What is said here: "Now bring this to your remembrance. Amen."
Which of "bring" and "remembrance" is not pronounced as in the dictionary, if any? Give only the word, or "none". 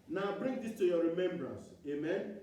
none